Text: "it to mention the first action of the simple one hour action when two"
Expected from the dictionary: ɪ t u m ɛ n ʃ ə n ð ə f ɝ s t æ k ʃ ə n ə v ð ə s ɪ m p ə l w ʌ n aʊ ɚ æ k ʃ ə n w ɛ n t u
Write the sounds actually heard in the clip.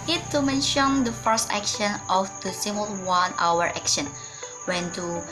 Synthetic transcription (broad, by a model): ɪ t u m ɛ n ʃ ə n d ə f ɝ s t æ k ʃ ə n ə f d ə s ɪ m ə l w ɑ n aʊ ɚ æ k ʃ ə n w ɛ n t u